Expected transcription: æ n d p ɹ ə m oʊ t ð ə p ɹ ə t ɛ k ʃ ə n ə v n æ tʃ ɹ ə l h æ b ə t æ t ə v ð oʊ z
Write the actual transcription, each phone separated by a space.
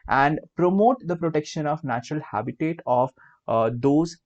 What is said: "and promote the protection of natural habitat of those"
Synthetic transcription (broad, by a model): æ n d p ɹ ə m oʊ t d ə p ɹ ə t ɛ k ʃ ə n ə v n æ tʃ ɹ ə l h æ b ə t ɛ t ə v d oʊ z